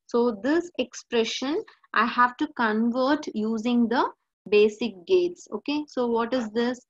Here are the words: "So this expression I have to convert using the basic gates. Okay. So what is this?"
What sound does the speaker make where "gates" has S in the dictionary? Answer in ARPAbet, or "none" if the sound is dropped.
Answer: S